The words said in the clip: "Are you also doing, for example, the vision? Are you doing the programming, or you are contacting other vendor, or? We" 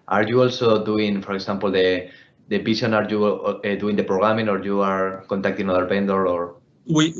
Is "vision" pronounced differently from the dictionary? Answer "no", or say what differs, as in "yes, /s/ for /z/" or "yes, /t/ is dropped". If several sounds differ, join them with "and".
yes, /s/ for /ʒ/